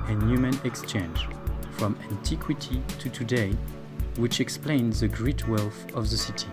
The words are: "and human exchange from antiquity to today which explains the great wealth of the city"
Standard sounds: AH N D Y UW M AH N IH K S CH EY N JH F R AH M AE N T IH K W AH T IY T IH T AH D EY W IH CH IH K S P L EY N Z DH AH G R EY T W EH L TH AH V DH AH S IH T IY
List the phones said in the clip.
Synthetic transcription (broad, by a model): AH N Y UW M AH N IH K S CH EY N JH F R AH M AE N T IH K W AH T IY T IH T AH D EY W IH CH IH K S P L EY N Z DH AH G R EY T W EH L TH AH V DH AH S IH T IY